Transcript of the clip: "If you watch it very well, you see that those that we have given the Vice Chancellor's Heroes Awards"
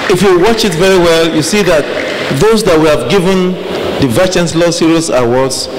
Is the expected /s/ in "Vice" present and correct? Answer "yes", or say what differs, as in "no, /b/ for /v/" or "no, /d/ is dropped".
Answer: no, /s/ is dropped